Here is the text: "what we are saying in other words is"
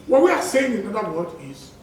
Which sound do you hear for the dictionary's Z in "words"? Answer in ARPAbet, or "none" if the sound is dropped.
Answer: none